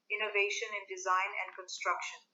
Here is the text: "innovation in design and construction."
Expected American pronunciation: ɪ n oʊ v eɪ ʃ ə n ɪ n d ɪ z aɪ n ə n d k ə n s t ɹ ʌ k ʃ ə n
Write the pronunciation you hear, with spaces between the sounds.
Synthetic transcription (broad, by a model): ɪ n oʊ v eɪ ʃ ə n ɪ n d ɪ z aɪ n ə n d k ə n s t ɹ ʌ k ʃ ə n